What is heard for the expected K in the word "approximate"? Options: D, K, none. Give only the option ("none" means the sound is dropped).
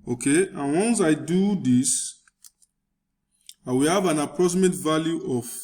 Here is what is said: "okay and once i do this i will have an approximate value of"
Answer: none